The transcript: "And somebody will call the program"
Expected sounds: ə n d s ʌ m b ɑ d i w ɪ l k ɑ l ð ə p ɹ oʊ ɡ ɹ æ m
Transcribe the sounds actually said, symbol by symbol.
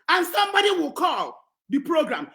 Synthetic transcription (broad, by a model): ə n s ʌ m b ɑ d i w ɪ l k ɑ l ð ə p ɹ oʊ ɡ ɹ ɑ m